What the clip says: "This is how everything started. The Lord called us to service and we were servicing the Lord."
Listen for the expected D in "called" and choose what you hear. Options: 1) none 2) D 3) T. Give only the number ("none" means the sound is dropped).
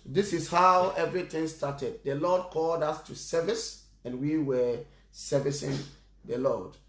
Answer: 2